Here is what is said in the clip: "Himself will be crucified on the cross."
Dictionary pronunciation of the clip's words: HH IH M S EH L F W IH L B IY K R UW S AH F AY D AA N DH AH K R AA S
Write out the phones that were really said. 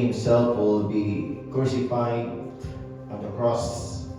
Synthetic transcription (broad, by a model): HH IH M S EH L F W IH L B IY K UW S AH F AY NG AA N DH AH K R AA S